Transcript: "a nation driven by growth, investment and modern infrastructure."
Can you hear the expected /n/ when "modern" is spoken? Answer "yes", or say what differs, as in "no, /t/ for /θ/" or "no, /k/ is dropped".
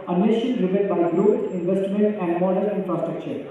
no, /n/ is dropped